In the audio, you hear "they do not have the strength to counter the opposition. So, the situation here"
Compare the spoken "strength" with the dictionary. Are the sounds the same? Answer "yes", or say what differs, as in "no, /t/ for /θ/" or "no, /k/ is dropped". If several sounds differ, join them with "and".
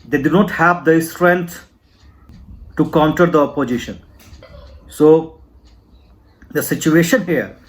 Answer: no, /t/ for /θ/